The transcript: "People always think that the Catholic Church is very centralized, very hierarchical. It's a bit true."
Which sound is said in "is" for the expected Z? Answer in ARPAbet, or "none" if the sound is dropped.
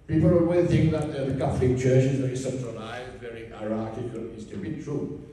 Z